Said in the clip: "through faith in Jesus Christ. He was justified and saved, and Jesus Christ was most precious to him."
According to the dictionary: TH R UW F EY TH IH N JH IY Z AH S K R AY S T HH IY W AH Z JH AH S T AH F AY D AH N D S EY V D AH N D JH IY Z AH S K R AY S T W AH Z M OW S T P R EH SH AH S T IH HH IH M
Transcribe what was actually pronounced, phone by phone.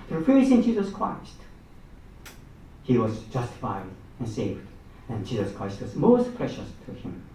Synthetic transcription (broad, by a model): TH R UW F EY S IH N JH IY Z AH S K R AY S T HH IY W AH Z JH AH S T AH F AY D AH N S EY V D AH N JH IY Z AH S K R AY S T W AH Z M OW S T P R EH SH AH S T IH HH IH M